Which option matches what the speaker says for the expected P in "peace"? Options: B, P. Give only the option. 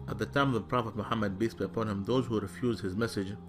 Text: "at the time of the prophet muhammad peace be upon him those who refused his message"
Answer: B